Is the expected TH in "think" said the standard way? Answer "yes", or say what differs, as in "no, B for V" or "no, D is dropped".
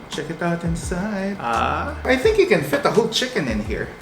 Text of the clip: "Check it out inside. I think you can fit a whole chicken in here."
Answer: yes